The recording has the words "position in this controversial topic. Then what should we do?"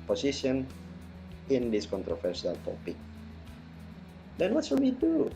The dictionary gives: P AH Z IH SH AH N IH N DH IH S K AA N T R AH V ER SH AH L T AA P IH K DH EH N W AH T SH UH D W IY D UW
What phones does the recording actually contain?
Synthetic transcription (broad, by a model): P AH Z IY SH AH N IH N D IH S K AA N T R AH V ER S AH L T AA P IH K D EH N W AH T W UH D W IY D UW